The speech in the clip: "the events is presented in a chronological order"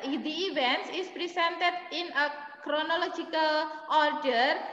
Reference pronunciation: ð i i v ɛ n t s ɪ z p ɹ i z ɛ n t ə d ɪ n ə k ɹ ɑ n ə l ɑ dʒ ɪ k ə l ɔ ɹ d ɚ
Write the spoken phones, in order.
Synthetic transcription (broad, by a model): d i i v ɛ n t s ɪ s p ɹ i s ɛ n t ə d ɪ n ə k ɹ ɑ n ə l ɑ dʒ ɪ k ə l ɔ ɹ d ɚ